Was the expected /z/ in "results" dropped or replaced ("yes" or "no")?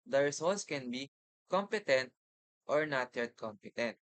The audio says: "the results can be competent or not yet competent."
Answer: yes